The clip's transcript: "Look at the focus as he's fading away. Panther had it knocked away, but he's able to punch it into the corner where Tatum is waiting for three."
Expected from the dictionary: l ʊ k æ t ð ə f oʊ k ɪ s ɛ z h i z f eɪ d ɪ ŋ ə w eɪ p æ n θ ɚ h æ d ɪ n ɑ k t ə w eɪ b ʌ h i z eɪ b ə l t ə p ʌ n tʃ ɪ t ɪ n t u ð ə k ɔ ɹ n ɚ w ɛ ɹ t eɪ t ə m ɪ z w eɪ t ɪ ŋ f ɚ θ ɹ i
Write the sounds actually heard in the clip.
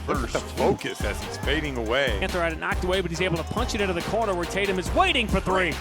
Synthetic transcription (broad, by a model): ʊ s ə f oʊ k ɪ s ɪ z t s f eɪ d ɪ ŋ ə w eɪ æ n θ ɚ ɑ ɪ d ɪ n ɑ k t ə w eɪ b ʌ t i z eɪ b l t ə p ʌ n tʃ ɪ t ɪ n t u ð ə k ɔ ɹ n ɚ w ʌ ɹ t eɪ t ə m ɪ z w eɪ t ɪ ŋ f ɚ θ ɹ i